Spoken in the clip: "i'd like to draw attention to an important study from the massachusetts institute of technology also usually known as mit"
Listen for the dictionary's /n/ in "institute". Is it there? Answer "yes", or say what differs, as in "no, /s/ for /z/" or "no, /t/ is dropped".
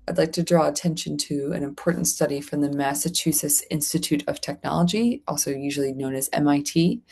yes